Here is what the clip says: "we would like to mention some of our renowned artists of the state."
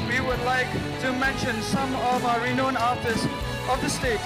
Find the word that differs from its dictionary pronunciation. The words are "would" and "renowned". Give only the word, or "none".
renowned